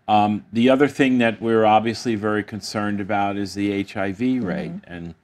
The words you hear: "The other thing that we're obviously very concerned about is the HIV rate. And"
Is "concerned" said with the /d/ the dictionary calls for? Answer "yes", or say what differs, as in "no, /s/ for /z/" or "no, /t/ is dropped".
yes